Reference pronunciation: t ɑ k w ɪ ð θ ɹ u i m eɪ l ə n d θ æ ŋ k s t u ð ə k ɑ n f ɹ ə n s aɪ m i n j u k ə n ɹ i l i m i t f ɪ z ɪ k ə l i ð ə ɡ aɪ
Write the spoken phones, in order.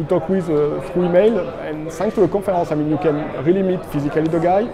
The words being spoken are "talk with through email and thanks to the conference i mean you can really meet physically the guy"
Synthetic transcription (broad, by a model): t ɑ k w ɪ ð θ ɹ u i m eɪ l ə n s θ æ ŋ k t u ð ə k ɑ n f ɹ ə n s aɪ m i n j u k ə n ɹ i l i m i t f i z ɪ k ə l i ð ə ɡ aɪ